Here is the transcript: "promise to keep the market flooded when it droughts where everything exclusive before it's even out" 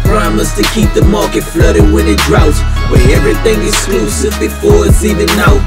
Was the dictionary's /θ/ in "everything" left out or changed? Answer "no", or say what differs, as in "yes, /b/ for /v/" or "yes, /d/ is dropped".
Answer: no